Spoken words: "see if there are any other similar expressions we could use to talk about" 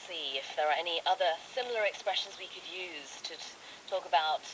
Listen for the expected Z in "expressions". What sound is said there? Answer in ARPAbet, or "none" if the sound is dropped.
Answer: Z